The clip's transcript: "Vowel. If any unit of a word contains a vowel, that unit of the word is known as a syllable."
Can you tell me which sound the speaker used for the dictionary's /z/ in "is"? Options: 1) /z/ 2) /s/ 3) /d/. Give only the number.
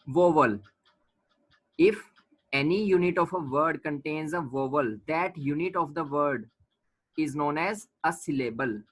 1